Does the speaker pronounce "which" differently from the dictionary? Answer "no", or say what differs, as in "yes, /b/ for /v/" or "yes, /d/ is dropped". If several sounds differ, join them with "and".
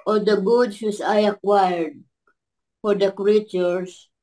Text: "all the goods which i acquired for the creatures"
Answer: yes, /s/ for /tʃ/